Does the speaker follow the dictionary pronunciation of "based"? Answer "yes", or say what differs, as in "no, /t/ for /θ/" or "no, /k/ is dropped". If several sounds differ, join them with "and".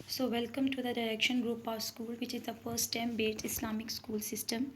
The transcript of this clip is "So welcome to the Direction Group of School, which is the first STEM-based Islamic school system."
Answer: no, /s/ is dropped